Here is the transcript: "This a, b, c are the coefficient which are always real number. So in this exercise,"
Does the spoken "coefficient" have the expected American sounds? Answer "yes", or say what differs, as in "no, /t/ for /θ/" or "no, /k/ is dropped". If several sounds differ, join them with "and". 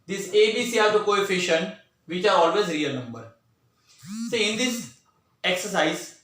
yes